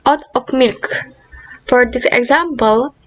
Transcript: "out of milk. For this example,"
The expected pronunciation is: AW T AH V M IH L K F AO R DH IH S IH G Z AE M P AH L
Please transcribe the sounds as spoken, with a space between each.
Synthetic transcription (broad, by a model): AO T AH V M IH L K F AO R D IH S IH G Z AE M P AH L